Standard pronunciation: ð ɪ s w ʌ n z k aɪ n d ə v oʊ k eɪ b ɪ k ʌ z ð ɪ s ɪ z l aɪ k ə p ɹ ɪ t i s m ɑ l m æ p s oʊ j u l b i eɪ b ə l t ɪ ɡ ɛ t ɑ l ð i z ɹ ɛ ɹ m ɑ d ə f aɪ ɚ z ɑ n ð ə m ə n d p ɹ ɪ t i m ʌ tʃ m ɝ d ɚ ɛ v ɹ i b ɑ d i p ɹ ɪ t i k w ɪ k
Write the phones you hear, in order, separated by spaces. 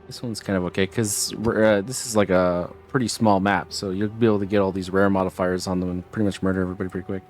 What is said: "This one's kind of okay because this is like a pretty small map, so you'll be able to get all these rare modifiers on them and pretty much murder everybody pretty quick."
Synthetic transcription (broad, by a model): ð ɪ s w ʌ n z k aɪ n d ə v oʊ k eɪ ɪ k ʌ z ð ɪ s ɪ z l aɪ k ə p ɹ ɪ t i s m ɑ l m æ p s oʊ j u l b i eɪ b l t ɪ ɡ ɛ t ɑ l ð i z ɹ ɛ ɹ m ɑ d ə f aɪ ɚ z n ð ə m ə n p ɹ ɪ t i m ʌ tʃ m ɝ d ɚ ɛ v ɹ i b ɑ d i p ɹ ɪ t i k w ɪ k